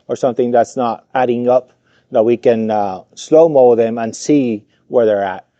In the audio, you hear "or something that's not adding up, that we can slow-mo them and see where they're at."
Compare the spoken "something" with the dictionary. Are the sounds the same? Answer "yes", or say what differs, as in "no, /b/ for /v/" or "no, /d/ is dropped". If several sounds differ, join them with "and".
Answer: yes